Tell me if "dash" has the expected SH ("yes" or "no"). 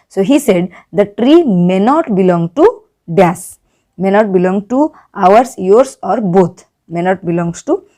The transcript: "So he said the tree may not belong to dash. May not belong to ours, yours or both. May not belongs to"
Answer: no